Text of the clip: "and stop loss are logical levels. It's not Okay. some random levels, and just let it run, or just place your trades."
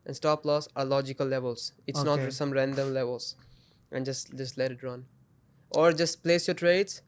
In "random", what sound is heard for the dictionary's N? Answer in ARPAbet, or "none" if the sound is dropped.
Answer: N